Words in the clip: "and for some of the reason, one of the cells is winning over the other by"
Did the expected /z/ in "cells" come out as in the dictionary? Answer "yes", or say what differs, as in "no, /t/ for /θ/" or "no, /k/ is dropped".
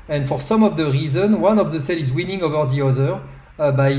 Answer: no, /z/ is dropped